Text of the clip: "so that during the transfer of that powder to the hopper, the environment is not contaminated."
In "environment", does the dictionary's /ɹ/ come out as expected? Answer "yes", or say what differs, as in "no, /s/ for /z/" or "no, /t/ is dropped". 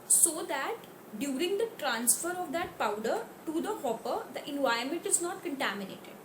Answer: no, /ɹ/ is dropped